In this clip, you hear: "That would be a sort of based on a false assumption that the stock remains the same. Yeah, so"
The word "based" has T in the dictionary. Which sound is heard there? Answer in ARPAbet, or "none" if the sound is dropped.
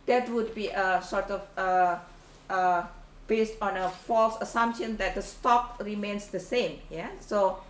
T